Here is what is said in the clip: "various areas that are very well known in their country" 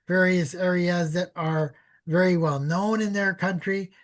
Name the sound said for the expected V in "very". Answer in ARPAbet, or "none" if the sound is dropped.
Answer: V